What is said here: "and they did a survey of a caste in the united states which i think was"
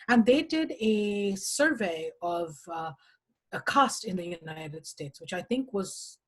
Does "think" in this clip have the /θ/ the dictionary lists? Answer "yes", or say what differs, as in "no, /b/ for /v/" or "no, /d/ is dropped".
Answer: yes